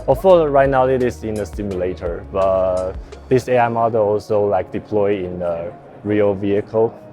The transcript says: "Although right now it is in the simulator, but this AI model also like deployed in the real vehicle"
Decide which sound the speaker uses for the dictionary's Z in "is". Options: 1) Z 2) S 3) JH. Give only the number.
2